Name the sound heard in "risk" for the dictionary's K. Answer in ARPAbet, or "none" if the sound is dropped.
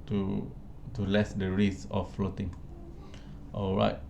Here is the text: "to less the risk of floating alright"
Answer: none